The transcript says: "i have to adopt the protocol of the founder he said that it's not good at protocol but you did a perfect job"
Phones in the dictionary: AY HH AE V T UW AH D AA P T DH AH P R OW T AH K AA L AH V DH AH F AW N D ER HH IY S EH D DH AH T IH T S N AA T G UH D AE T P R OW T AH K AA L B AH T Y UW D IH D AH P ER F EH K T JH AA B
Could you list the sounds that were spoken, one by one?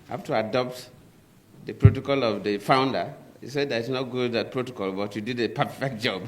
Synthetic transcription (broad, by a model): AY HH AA F T UW AH D AA P T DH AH P R OW T AH K AA L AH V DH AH F AW N D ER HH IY S EH D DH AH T IH T S N AA T G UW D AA T P R OW T AH K AA L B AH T Y UW D IH D AH P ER F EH K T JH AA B